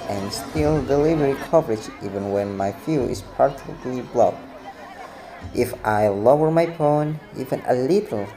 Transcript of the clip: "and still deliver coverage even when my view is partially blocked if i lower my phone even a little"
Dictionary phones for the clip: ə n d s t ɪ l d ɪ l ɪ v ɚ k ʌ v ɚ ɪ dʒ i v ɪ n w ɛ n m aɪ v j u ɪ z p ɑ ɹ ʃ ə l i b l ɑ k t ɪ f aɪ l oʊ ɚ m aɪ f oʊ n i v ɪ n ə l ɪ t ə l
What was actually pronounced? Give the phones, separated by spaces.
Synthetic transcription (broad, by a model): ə n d s t ɪ l d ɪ l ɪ v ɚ k ʌ v ɚ ɪ dʒ i v ɪ n w ɛ n m aɪ f j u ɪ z p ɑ ɹ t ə l i b l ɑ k t ɪ f aɪ l oʊ ɚ m aɪ p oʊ n i v ɪ n ə l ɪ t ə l